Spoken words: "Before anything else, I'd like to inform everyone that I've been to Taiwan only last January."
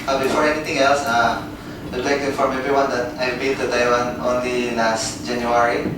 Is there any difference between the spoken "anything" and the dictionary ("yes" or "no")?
yes